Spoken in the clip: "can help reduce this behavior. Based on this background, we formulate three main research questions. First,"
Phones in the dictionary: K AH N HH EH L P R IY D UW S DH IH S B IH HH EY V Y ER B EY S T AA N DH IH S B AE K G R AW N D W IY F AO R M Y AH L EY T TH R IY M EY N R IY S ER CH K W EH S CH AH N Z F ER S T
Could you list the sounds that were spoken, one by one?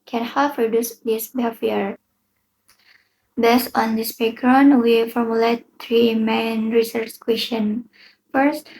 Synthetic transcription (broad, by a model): K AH N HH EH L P R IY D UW S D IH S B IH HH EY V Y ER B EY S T AA N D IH S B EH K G R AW N W IY F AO R M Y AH L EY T T R IY M EY N R IY S ER CH K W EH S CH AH N F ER S T